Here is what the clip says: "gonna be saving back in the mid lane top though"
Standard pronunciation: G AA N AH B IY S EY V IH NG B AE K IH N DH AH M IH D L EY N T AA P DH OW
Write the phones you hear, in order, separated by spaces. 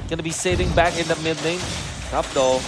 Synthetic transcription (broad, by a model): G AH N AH B IY S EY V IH NG B AE K IH N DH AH M IH D N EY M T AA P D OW